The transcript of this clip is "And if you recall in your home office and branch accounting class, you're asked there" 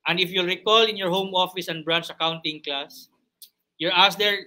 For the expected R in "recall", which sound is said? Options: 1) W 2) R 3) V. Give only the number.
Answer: 2